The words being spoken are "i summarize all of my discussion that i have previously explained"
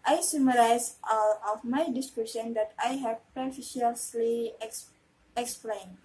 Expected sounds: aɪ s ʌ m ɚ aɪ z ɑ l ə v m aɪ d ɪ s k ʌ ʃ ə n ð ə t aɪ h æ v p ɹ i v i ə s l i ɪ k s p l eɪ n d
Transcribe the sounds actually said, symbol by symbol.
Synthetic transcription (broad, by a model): aɪ s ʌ m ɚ aɪ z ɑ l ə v m aɪ d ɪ s k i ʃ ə n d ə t aɪ h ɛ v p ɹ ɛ f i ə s l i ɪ k s p l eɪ n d